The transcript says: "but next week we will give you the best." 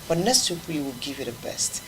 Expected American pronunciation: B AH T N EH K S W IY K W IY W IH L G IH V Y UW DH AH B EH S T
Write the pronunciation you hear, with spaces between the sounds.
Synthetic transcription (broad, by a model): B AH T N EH S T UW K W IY W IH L G IH V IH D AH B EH S T